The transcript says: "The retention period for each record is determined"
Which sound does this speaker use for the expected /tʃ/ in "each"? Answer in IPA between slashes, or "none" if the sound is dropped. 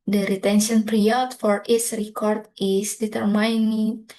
/s/